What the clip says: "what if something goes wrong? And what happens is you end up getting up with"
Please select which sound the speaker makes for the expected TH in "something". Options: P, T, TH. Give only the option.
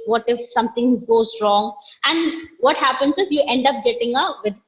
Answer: T